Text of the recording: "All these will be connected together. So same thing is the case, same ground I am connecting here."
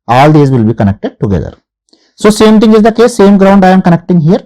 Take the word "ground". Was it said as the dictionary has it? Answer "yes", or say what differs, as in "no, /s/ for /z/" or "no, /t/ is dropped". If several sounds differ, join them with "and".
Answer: yes